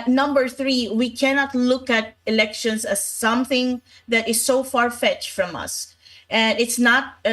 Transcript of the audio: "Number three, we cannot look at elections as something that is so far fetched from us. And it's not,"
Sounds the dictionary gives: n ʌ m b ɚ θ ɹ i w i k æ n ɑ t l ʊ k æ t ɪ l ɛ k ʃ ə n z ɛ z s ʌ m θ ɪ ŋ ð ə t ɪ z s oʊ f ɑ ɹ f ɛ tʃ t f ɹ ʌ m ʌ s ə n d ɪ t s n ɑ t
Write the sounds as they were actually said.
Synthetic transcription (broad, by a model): n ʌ m b ɚ θ ɹ i w i k æ n ɑ t l ʊ k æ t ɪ l ɛ k ʃ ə n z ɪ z s ʌ m θ ɪ ŋ ð ə t ɪ z s oʊ f ɑ ɹ f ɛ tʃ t f ɹ ʌ m ʌ s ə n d ɪ t s n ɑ t